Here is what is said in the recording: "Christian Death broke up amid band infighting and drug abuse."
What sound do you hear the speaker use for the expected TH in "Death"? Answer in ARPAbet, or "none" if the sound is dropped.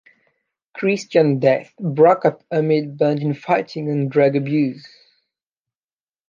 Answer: TH